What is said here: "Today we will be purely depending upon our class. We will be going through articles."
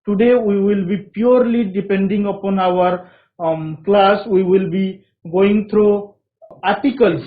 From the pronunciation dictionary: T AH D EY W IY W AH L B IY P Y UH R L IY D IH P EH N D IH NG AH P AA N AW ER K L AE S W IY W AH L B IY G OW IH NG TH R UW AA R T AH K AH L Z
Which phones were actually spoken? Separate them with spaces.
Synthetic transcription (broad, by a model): T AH D EY W IY W AH L B IY P Y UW R L IY D IH P EH N D IH NG AH P AA N AW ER K L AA S W IY W AH L B IY G OW IH NG T R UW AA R T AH K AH L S